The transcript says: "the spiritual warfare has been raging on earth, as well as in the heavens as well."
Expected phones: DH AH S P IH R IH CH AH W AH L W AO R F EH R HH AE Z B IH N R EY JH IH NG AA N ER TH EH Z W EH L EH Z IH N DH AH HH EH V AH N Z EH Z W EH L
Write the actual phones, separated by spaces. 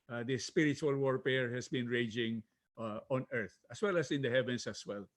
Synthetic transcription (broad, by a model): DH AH S P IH R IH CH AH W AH L W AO R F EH R HH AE S B IH N R EY JH IH NG AA N ER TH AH S W EH L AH S IH N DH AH HH EH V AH N S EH S W EH L